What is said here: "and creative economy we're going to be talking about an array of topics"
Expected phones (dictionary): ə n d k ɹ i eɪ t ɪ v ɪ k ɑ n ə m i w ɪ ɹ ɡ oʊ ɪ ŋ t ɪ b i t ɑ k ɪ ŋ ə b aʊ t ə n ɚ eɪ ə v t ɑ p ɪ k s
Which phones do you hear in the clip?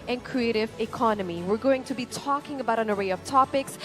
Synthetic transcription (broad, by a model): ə n k ɹ i eɪ t ɪ v ɪ k ɑ n ə m i w ɪ ɹ ɡ oʊ ɪ ŋ t ɪ b i t ɑ k ɪ ŋ ə b aʊ t ə n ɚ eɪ ə v t ɑ p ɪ k s